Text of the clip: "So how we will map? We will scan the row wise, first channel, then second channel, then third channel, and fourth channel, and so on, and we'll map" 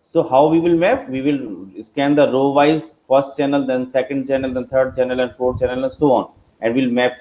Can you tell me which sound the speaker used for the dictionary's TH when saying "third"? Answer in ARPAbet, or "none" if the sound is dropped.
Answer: T